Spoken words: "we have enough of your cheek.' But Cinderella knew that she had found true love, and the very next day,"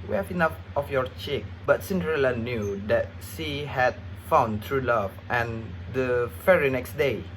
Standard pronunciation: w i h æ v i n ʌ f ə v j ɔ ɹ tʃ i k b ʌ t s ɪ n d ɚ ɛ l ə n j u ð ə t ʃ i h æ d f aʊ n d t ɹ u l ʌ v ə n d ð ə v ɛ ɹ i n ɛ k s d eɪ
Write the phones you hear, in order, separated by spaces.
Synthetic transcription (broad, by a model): w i h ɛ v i n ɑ f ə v j ɔ ɹ tʃ i k b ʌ t s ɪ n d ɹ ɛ l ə n j u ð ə t s i h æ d f aʊ n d t ɹ u l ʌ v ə n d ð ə f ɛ ɹ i n ɛ k s d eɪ